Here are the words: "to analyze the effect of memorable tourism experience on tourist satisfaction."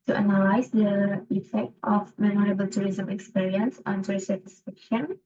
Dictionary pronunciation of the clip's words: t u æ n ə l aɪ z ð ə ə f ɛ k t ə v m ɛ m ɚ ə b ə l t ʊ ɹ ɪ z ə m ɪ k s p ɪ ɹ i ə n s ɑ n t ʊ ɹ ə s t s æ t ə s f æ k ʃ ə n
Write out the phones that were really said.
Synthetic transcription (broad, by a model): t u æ n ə l aɪ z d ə ə f ɛ k t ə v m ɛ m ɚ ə b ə l t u ɹ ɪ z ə m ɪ k s p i ɹ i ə n s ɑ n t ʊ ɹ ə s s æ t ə s f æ k ʃ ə n